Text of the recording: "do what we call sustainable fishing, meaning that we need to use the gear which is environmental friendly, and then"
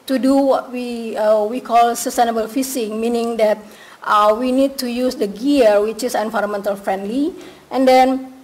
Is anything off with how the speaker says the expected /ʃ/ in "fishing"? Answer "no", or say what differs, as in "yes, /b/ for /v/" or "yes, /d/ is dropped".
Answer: yes, /s/ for /ʃ/